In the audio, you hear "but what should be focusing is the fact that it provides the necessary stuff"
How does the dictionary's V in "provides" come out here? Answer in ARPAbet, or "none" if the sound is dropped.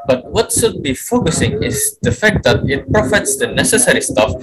F